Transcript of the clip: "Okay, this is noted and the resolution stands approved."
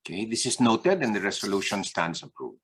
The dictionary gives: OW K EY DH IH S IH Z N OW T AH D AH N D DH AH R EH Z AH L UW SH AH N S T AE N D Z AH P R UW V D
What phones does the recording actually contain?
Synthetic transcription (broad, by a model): K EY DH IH S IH S N OW T AH D AH N D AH R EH S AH L UW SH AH N S T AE N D S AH P R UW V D